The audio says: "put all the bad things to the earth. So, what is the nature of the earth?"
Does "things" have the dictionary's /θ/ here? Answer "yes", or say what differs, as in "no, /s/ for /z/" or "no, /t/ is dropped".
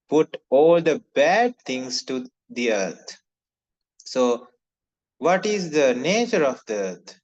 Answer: no, /t/ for /θ/